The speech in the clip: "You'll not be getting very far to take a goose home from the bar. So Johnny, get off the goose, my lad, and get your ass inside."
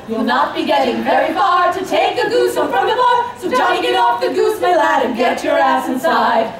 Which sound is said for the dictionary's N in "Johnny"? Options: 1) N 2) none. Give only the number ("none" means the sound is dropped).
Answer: 2